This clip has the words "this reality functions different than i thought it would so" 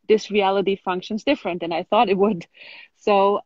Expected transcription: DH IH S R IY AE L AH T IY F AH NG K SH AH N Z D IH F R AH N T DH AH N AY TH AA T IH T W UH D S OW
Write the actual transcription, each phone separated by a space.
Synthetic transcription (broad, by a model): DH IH S R IY AE L AH T IY F AH NG K SH AH N Z D IH F R AH N T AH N AY TH AA T IH T W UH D S OW